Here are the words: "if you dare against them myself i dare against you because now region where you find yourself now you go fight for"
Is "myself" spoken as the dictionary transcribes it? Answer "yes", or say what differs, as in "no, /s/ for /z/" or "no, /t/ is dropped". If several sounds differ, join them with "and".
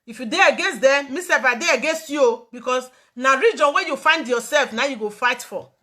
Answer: no, /l/ is dropped